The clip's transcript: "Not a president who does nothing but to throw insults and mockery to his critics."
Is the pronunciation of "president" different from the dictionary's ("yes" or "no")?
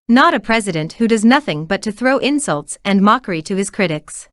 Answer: no